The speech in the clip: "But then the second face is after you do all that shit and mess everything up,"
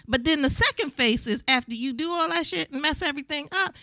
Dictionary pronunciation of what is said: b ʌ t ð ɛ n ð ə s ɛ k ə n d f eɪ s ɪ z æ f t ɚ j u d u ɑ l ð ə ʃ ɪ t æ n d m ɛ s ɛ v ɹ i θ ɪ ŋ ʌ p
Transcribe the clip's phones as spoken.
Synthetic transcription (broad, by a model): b ʌ t ð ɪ n ð ə s ɛ k ə n d f eɪ s ɪ z æ f t ɚ j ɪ d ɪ ɑ l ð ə ʃ ɪ t n m ɛ s ɛ v ɹ i θ ɪ ŋ ʌ p